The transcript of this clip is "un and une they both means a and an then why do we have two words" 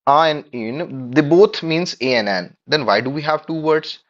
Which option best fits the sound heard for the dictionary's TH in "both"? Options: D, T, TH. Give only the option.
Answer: T